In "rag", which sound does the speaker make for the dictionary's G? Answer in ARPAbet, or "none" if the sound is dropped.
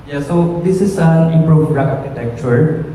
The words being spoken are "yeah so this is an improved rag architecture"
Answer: none